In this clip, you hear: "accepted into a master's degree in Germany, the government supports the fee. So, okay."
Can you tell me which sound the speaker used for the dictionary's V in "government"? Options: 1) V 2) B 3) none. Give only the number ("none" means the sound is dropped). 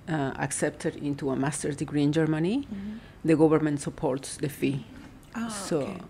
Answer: 2